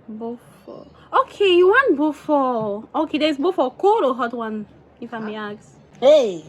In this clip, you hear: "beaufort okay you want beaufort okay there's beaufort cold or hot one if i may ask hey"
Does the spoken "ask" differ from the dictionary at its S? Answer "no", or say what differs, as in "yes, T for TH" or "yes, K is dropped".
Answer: yes, S is dropped